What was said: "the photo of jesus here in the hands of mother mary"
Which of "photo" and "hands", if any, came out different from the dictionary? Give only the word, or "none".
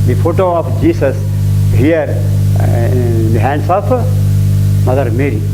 hands